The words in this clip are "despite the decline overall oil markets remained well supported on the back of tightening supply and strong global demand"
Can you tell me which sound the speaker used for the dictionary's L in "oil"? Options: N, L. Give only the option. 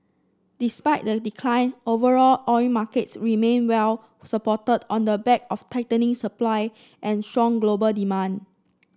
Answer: N